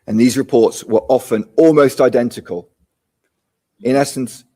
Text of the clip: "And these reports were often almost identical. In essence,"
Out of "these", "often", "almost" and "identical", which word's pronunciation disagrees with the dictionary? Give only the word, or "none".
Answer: none